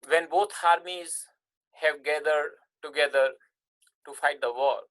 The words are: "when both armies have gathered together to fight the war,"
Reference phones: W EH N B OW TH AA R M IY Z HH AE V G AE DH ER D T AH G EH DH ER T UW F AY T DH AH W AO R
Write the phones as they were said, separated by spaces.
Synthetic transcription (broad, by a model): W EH N B OW T AA R M IY Z HH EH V G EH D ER D T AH G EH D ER T UW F AY T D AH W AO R